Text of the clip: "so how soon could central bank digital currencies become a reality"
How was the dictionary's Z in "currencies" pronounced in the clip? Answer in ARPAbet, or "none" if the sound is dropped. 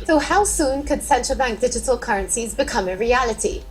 Z